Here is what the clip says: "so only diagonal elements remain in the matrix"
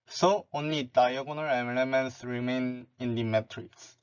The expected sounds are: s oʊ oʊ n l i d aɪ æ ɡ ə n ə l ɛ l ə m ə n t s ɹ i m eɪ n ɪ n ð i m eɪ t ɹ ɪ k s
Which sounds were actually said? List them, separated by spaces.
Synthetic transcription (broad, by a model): s oʊ oʊ n l i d aɪ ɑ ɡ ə n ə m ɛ n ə m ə n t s ɹ i m eɪ n ɪ n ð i m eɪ t ɹ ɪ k s